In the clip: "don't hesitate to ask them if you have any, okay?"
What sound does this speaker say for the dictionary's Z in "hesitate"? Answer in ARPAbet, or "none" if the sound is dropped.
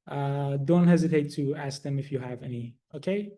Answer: Z